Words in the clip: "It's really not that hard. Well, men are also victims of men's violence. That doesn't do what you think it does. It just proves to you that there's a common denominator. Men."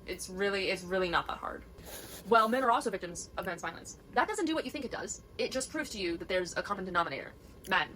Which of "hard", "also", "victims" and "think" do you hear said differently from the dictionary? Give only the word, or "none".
none